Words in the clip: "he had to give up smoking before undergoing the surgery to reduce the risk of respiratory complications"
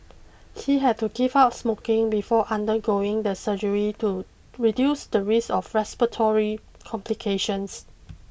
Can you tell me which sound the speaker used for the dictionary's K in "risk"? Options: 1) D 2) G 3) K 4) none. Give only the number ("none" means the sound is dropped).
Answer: 4